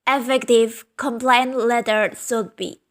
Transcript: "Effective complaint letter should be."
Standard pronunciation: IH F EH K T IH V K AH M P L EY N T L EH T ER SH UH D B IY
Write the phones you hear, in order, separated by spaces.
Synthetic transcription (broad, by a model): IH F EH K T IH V K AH M P L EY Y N L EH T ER S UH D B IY